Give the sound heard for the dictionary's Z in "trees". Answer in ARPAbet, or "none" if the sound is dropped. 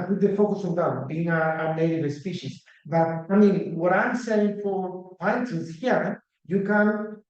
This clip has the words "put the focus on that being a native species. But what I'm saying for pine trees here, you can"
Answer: S